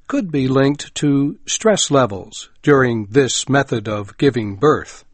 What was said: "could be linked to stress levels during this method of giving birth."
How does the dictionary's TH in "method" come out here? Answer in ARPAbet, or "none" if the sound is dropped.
TH